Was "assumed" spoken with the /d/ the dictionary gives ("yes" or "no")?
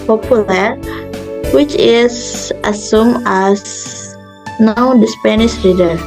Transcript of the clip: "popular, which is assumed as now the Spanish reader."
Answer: no